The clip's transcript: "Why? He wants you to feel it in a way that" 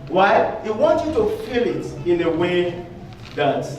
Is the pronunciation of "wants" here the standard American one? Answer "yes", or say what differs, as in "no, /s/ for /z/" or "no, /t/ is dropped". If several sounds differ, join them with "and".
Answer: no, /s/ is dropped